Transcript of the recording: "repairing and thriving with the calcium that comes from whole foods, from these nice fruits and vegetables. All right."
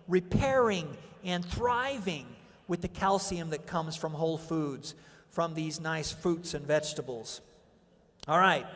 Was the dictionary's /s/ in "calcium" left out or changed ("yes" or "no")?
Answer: no